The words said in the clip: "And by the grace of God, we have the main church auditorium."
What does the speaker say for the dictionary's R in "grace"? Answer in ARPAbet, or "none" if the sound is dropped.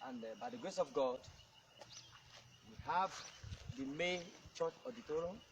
R